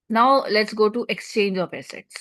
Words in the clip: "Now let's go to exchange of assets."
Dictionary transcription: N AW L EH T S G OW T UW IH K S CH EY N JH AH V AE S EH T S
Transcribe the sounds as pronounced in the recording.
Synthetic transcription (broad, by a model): N AW L EH T S G OW T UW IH K S CH EY N JH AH P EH S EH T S